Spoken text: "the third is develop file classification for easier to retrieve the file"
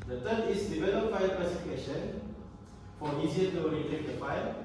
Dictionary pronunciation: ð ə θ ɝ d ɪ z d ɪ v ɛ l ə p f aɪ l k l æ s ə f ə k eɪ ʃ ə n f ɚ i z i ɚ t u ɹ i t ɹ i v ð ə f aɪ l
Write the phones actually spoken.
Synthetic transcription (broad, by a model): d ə t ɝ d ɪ s d ɪ v ɛ l ə p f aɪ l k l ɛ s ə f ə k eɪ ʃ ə n f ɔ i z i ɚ t u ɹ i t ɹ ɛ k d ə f aɪ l